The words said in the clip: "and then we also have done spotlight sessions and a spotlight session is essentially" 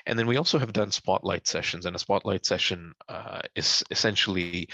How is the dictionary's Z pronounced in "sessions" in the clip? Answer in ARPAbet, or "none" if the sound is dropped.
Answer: Z